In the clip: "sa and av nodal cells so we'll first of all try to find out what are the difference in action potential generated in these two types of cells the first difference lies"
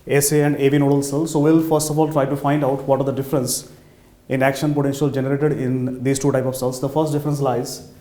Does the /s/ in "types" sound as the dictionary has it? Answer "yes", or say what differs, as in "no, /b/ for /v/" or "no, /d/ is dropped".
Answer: no, /s/ is dropped